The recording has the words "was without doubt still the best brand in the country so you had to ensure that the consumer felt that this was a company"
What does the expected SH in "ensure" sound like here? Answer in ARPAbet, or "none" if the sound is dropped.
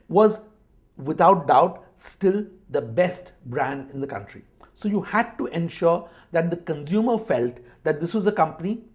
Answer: SH